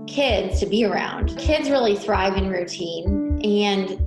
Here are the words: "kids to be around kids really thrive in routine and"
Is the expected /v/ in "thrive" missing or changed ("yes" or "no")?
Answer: no